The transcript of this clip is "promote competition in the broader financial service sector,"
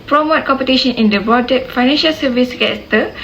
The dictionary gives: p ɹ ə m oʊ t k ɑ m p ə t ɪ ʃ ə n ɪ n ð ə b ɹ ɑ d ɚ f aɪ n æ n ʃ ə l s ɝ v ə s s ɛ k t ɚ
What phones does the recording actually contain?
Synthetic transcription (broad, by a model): p ɹ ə m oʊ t k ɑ m p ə t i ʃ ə n ɪ n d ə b ɑ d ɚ f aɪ n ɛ n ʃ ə l s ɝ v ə s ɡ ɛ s t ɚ